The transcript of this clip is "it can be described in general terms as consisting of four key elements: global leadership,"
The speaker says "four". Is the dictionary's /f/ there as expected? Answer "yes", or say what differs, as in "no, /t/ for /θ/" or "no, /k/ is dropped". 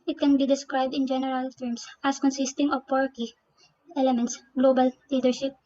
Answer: no, /p/ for /f/